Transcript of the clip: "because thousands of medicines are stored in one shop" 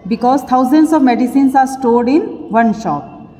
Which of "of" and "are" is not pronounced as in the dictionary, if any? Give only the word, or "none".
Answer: none